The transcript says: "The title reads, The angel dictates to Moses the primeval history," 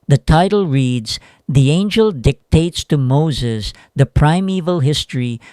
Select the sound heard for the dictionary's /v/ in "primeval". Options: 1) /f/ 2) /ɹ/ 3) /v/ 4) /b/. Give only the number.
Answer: 3